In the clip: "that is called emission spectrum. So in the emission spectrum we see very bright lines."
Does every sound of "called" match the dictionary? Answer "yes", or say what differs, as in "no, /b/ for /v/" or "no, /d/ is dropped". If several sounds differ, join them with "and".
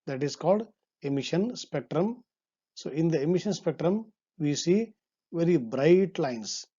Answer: yes